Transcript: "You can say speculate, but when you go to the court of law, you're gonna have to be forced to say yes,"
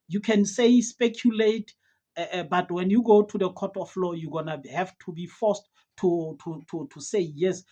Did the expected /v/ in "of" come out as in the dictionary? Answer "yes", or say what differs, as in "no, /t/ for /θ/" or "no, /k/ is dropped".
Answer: no, /f/ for /v/